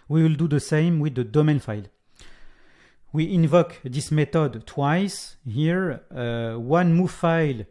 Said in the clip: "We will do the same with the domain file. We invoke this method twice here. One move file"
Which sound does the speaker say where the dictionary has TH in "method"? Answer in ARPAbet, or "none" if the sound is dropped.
T